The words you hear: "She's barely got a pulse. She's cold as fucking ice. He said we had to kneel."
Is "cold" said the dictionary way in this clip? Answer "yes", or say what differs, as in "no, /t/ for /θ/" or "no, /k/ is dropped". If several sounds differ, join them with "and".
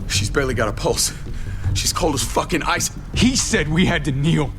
yes